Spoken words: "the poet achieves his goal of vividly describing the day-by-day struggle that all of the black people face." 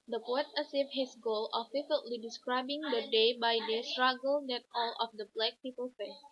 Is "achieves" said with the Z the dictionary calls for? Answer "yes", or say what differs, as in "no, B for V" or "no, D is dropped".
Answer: no, Z is dropped